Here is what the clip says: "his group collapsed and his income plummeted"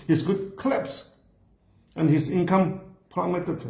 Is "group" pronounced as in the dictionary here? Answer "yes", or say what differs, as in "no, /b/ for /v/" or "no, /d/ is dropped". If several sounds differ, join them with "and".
no, /ɹ/ is dropped